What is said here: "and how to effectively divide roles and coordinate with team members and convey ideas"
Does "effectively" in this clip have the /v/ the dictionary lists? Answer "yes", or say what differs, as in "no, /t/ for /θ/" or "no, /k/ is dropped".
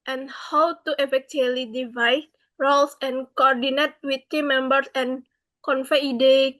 no, /v/ is dropped